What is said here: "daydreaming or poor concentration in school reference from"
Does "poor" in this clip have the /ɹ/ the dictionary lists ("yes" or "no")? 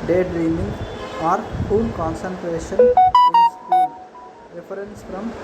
no